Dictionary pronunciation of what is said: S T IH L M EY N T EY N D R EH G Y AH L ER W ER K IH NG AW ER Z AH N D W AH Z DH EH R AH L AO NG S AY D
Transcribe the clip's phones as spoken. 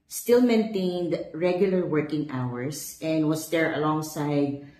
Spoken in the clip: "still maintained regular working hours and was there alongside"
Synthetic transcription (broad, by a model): S T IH L M EY N T EY N D R EH G Y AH L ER W ER K IH NG AW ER S AH N D W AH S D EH R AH L AO NG S AY D